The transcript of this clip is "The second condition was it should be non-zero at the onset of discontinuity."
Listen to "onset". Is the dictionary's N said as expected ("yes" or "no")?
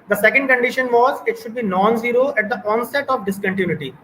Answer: yes